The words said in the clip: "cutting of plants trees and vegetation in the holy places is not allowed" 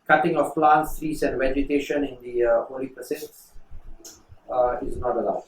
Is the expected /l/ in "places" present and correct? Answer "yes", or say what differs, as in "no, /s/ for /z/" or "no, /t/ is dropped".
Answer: no, /l/ is dropped